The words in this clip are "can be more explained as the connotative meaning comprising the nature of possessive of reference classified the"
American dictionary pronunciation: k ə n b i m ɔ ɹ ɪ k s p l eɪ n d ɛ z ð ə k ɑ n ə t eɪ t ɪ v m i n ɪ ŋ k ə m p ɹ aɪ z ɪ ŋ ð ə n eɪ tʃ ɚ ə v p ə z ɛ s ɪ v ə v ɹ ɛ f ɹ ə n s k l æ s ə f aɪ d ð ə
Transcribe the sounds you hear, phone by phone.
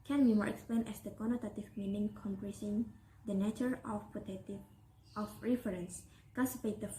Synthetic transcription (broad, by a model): k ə n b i m ɔ ɹ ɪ k s p l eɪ n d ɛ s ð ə k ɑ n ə t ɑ t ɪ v m i n ɪ ŋ k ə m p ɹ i s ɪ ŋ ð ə n eɪ tʃ ɚ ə f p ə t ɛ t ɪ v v ɹ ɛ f ɹ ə n s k ɑ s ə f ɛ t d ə